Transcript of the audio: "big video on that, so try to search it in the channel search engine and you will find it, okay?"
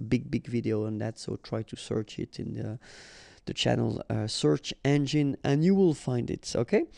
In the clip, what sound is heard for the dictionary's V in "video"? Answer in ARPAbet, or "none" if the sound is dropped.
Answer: V